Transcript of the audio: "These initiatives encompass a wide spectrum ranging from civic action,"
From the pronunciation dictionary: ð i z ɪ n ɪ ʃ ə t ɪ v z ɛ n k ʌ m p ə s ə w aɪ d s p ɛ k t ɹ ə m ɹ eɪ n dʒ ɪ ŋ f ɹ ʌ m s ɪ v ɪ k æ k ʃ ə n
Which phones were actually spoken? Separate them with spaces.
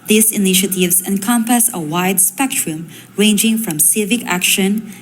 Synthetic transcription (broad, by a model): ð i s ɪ n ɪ ʃ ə t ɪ v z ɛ n k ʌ m p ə s ə w aɪ d s p ɛ k t ɹ ə m ɹ eɪ n dʒ ɪ ŋ f ɹ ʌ m s ɪ v ɪ k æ k ʃ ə n